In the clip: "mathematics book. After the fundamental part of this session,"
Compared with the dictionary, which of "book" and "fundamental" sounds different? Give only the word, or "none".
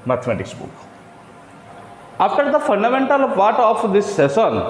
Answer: none